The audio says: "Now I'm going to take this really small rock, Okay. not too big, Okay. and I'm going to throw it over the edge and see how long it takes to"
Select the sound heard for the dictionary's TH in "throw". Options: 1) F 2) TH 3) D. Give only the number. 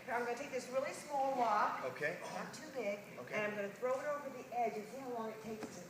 2